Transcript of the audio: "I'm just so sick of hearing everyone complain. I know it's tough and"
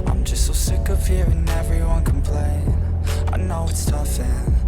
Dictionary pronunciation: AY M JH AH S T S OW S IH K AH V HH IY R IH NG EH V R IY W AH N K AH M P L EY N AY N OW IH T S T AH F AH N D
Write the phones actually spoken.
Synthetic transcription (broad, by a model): AY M JH AH S T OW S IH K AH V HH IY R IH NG EH V R IY W AH N K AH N P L EY AY N OW IH T S T AH F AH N